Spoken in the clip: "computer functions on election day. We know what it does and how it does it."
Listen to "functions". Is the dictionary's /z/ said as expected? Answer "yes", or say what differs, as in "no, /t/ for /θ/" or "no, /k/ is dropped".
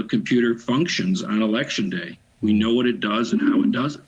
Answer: yes